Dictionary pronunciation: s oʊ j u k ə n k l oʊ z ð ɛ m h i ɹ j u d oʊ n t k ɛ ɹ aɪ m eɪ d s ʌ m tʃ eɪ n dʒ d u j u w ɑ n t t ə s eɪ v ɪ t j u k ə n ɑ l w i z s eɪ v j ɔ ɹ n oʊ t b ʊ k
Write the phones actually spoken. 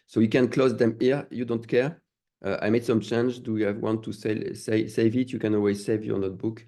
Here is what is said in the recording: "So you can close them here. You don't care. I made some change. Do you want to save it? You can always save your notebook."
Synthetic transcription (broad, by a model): s oʊ j u k ə n k l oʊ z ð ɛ m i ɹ j u d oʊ n t k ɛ ɹ aɪ m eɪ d s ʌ m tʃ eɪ n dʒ d u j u w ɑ n t s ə s eɪ v ɪ t j u k ə n ɑ l w i z s eɪ v j ɔ ɹ n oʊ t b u k